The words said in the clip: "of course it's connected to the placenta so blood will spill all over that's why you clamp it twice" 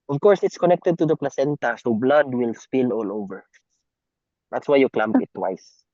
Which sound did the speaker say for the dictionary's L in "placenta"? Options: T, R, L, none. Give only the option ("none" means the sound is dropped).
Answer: L